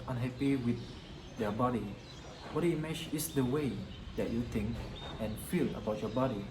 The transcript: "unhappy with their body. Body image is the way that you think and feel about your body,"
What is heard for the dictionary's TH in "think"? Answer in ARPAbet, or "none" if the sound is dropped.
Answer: T